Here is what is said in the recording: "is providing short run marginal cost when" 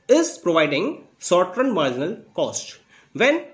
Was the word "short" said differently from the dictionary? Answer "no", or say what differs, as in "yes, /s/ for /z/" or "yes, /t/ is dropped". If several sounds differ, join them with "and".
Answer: yes, /s/ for /ʃ/